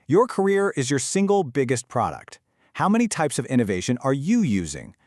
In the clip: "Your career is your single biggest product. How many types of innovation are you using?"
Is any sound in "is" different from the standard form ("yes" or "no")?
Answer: no